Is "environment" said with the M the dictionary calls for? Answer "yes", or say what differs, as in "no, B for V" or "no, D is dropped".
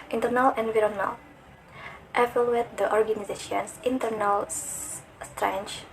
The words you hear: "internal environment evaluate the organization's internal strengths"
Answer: no, M is dropped